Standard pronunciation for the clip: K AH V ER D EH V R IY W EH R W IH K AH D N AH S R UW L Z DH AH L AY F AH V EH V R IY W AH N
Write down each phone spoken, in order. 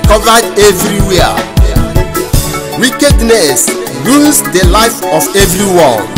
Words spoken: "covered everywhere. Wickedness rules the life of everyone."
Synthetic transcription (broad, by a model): K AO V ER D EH V R IY W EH W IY K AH D N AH S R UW Z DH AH L AY F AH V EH V R IY W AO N